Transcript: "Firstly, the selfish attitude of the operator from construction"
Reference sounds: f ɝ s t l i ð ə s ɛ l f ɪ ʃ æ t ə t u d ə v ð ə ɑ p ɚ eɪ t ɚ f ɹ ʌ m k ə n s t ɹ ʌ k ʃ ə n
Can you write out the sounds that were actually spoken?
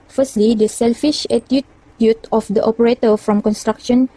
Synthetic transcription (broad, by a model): f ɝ s t l i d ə s ɛ l f ɪ ʃ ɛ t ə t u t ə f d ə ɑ p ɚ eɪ t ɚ f ɹ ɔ m k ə n s t ɹ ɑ k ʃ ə n